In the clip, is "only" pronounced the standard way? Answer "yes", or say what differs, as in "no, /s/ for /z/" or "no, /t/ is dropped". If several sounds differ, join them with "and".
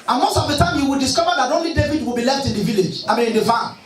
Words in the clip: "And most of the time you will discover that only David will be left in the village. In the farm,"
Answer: yes